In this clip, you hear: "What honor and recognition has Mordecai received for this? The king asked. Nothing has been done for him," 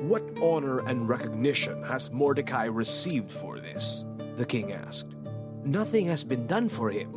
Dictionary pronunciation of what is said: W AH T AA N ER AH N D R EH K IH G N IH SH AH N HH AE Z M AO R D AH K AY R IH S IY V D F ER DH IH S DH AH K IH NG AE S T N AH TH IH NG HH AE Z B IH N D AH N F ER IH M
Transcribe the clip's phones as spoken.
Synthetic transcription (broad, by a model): W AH T AA N ER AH N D R EH K IH G N IH SH AH N HH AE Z M AO R D AH K AY R IH S IY V D F ER DH IH S DH AH K IH NG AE S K N AH TH IH NG HH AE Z B IH N D AH N F ER IH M